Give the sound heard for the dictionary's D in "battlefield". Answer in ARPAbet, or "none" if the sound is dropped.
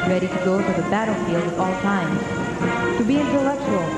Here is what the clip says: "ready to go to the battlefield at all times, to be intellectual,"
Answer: none